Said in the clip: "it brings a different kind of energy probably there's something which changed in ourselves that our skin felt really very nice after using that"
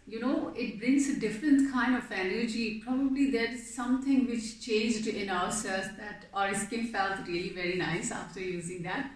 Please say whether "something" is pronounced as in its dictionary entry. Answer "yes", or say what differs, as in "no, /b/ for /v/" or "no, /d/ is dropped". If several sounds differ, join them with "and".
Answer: no, /t/ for /θ/